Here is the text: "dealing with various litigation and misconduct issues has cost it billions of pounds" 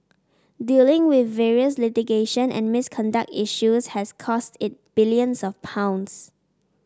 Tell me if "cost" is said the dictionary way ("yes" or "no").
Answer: yes